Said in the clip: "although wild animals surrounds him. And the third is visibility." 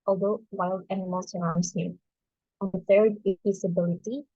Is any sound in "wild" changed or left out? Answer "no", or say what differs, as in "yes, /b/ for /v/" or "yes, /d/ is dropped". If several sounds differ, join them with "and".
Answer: no